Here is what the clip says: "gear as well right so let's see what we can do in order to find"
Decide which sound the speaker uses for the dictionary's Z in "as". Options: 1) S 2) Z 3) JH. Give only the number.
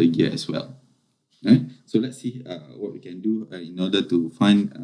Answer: 1